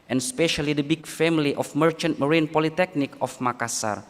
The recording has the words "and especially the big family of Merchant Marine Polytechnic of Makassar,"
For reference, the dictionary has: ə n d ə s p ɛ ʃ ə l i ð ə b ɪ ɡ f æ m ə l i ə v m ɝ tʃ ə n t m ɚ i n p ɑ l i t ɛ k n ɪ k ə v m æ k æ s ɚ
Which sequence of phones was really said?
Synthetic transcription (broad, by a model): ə n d s p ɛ ʃ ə l i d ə b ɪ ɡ f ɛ m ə l i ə f m ɝ tʃ ə n t m ɚ i n p ɑ l i t ɛ k n ɪ k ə f m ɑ k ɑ s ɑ